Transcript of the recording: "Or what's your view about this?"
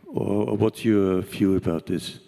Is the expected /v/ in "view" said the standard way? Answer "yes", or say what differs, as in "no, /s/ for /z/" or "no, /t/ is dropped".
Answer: no, /f/ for /v/